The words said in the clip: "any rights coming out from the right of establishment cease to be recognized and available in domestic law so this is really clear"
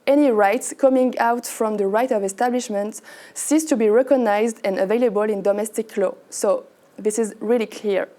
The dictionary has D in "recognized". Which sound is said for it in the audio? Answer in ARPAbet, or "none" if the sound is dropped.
D